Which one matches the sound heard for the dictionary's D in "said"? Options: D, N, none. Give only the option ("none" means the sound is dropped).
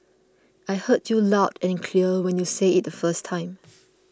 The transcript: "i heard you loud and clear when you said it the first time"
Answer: none